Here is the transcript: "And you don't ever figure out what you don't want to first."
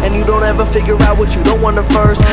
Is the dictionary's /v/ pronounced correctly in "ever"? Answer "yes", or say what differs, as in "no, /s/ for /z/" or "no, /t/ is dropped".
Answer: yes